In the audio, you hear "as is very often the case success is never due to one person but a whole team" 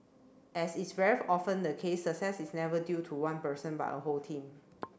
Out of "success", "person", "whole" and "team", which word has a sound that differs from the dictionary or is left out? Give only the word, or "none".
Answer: none